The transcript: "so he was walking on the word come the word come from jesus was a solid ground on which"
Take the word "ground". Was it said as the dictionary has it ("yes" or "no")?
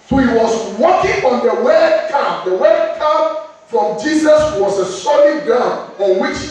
no